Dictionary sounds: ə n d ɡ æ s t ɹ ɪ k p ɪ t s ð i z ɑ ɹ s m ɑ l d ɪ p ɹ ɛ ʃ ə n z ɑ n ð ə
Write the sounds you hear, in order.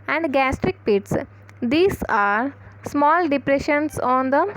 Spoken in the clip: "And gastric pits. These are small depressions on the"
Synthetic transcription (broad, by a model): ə n d ɡ æ s t ɹ ɪ k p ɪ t s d i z ɑ ɹ s m ɑ l d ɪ p ɹ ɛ ʃ ə n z ɑ n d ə